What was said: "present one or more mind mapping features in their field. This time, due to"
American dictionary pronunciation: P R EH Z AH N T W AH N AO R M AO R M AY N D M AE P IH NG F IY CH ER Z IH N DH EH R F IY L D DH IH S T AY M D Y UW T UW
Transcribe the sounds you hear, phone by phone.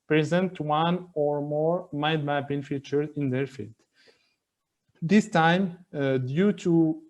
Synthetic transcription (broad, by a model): P R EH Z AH N T W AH N AO R M AO R M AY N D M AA B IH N F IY CH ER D IH N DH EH R F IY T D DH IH S T AY M D Y UW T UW